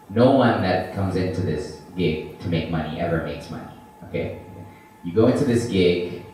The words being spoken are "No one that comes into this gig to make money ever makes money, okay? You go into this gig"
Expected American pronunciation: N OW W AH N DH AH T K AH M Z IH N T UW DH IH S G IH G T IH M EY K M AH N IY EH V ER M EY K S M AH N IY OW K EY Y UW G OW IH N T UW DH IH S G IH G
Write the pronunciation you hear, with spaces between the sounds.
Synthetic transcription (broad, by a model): N OW W AH N DH AH T K AH M Z IH N T UW DH IH S G IH G T IH M EY K M AH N IY EH V ER M EY K S M AH N IY OW K EY Y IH G OW IH N T UW DH IH S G IH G